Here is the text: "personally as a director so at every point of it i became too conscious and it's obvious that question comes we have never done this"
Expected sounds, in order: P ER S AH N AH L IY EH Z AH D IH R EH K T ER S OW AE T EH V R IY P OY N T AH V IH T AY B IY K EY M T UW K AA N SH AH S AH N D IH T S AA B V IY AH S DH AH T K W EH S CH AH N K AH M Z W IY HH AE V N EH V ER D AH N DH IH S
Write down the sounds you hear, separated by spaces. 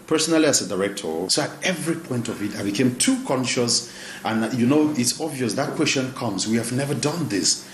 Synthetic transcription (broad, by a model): P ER S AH N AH L IY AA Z AH D IH R EH K T ER S OW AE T EH V R IY P OY N T AH V IH T AY B IY K EY M T UW K AA N SH AH S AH N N IH T S AA B V IY AH S DH AH T K W EH S CH AH N K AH M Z W IY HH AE V N EH V ER D AH N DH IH S